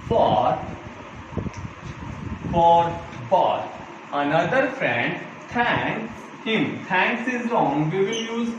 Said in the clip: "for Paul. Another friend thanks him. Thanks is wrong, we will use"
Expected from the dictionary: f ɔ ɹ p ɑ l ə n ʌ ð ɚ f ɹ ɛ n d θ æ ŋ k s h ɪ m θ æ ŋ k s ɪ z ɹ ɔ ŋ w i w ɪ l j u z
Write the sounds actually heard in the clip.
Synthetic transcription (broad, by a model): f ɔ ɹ b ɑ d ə n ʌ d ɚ f ɹ ɛ n d t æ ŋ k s h ɪ m t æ ŋ k s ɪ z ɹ ɔ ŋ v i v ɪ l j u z